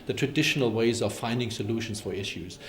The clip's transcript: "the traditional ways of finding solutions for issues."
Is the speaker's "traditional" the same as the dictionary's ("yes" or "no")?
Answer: yes